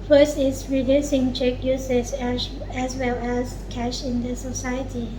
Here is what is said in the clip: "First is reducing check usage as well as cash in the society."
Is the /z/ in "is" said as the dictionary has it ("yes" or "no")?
no